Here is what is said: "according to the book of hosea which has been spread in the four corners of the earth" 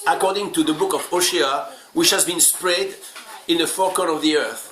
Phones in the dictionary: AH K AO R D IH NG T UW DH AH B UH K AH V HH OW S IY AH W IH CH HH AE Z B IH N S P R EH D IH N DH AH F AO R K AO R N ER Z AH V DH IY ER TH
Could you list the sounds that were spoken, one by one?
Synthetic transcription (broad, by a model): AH K AO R D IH NG T UW DH AH B UH K AH V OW SH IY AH W IH CH HH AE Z B IH N S P R EH D IH N DH AH F AO R K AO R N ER AH V DH IY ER TH